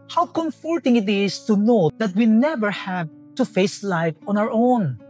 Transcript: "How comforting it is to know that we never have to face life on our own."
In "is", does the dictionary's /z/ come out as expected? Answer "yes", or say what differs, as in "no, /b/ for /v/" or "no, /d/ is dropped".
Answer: no, /s/ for /z/